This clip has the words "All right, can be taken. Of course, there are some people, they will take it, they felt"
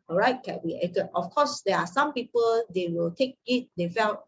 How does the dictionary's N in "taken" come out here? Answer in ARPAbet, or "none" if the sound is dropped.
none